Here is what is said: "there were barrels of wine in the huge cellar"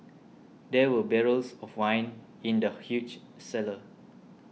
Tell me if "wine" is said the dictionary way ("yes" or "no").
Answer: yes